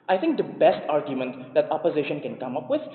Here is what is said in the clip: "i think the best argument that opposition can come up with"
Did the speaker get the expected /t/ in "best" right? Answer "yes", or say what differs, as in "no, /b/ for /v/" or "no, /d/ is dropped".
yes